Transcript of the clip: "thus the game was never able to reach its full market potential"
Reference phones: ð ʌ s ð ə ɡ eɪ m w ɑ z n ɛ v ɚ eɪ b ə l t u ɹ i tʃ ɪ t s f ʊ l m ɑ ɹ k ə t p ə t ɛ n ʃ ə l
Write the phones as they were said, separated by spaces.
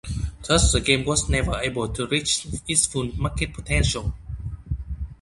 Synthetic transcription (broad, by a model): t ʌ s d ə ɡ eɪ m w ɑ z n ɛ v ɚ eɪ b ə l t u ɹ i tʃ ɪ t s f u n m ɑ k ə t p ə t ɛ n ʃ ə l